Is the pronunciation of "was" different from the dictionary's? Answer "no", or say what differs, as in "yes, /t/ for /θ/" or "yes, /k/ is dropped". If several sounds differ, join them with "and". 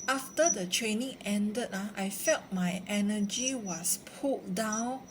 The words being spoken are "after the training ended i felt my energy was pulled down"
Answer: yes, /s/ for /z/